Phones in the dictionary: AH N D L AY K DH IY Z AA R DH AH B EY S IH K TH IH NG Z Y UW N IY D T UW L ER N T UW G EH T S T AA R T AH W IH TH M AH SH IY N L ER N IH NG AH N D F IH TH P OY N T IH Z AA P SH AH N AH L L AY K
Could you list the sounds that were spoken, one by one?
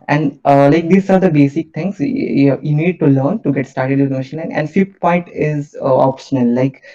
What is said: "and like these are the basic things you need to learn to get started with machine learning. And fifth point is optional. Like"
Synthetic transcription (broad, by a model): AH N D L AY K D IY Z AA R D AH B EY S IH K T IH NG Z Y UW N IY D T UW L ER N T UW G EH T S T AA R T AH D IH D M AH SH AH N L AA IH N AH N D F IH T P OY N T IH Z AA P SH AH N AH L L AY K